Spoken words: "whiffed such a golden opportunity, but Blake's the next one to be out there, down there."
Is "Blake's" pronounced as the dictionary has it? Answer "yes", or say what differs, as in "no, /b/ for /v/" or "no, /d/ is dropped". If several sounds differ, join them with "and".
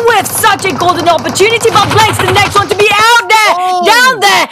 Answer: no, /k/ is dropped